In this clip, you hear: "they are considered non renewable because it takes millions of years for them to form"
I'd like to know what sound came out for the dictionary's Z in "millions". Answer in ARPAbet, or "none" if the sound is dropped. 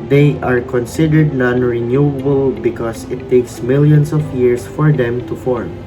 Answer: S